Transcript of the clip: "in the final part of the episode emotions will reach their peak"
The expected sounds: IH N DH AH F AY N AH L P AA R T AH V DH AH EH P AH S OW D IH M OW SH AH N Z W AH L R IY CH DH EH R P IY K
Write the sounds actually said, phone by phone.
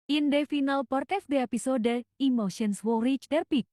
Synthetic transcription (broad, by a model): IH N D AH F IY N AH L P AA R T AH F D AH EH P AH S OW D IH M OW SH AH N S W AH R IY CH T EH R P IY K